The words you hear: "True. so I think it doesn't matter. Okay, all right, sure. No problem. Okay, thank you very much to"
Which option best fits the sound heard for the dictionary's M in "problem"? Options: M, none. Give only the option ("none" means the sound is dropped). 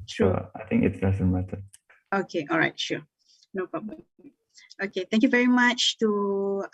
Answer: none